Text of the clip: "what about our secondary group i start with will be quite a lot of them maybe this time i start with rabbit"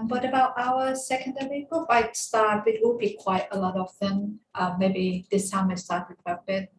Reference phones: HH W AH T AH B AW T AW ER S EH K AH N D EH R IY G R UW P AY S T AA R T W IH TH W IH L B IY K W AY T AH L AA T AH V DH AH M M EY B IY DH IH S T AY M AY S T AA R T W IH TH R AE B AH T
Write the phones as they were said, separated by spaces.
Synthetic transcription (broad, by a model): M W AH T AH B AW T AW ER S EH K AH N D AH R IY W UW F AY S T AA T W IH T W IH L B IY K W AY T AH L AA T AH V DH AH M M EY B IY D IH S T AY M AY S T AA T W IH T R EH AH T